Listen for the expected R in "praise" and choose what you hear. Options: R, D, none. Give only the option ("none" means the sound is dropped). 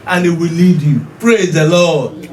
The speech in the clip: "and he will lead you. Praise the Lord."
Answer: R